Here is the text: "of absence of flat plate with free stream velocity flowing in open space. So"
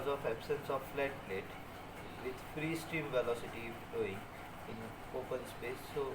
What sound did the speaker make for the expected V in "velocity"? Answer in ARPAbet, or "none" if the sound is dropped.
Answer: V